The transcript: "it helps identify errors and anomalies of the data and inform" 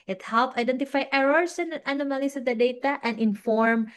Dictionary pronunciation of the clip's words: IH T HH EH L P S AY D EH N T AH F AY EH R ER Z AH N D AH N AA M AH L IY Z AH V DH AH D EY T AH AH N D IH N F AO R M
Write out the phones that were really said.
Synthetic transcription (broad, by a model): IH T HH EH L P AY D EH N T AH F AY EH R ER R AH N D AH N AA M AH L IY S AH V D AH D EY T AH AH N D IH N F AO R M